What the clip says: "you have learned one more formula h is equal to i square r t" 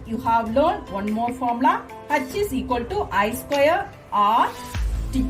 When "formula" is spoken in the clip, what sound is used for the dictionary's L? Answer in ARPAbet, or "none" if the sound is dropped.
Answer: none